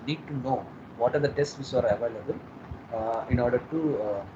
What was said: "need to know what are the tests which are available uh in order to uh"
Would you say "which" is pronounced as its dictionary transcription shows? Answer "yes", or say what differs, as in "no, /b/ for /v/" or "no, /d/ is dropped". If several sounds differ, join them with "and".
no, /s/ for /tʃ/